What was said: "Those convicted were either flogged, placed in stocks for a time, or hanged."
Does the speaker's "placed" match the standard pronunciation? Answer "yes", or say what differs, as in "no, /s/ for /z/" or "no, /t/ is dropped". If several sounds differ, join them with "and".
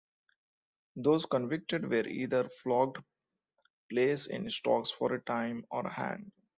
no, /t/ is dropped